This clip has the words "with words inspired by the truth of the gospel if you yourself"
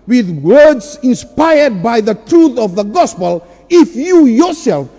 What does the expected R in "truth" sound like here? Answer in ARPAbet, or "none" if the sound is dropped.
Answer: R